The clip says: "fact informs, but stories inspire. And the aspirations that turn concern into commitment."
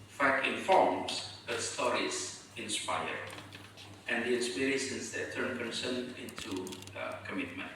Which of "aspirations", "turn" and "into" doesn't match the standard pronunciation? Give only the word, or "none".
aspirations